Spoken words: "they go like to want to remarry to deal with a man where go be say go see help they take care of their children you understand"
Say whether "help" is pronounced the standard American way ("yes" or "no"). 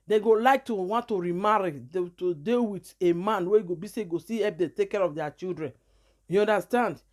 no